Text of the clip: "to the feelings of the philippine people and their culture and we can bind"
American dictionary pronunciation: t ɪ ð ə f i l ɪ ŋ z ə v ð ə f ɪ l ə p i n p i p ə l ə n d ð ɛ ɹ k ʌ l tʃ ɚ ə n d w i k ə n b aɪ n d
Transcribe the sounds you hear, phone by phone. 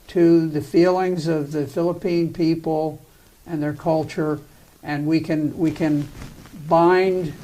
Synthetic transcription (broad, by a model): t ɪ ð ə f i l ɪ ŋ z ə v ð ə f ɪ l ə p i n p i p l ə n ð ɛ ɹ k ʌ l tʃ ɚ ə n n w i k ə n b aɪ n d